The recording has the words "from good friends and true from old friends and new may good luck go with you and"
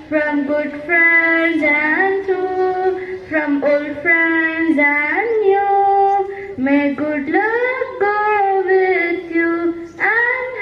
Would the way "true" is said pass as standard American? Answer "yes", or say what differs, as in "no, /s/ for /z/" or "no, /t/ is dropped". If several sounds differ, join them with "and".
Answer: no, /ɹ/ is dropped